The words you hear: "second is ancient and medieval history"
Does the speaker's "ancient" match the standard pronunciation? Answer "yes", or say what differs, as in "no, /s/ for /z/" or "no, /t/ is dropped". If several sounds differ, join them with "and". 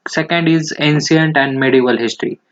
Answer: no, /s/ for /ʃ/